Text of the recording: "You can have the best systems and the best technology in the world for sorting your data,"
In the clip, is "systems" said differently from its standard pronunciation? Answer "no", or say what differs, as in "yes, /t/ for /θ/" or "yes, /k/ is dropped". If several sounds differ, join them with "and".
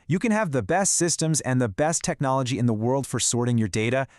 no